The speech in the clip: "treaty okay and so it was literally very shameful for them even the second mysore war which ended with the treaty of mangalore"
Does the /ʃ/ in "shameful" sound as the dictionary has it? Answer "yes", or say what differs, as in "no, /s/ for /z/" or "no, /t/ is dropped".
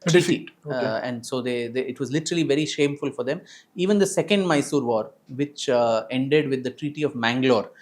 yes